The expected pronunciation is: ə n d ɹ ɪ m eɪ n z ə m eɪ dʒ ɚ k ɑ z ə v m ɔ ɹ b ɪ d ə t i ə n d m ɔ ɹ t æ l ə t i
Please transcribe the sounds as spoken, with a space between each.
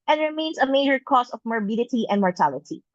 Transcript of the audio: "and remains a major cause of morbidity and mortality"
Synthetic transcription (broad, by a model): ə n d ɹ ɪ m eɪ n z ə m eɪ dʒ ɚ k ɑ s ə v m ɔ ɹ b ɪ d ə t i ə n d m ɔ ɹ t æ l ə t i